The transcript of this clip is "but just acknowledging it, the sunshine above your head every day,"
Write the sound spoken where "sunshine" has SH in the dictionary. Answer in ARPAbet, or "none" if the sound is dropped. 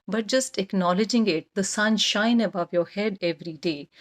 SH